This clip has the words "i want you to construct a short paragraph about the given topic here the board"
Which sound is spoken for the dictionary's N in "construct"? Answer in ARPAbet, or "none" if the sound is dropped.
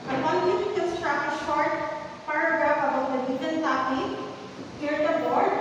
none